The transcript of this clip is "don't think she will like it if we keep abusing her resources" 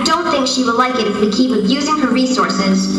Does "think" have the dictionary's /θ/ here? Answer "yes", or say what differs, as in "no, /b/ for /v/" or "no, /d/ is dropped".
yes